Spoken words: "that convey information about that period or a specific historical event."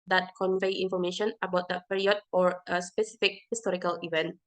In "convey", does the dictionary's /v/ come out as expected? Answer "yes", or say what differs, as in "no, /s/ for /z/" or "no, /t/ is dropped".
yes